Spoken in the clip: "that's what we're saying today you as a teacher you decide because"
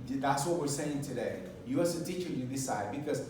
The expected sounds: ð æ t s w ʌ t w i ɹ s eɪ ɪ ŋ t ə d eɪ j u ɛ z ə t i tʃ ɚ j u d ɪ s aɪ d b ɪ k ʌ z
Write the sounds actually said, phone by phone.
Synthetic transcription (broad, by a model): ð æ t s w ʌ t w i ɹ s eɪ ɪ ŋ t ə d eɪ j u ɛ s ə t i tʃ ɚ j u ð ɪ s aɪ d b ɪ k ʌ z